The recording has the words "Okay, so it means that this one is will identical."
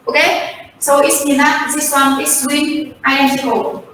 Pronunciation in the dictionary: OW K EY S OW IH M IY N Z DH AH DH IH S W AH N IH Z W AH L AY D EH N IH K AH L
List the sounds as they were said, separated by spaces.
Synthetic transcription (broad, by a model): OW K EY S OW IH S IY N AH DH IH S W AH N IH S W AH N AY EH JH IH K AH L